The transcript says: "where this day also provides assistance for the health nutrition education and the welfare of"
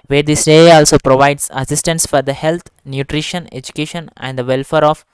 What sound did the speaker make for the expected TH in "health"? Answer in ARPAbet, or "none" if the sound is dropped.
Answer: T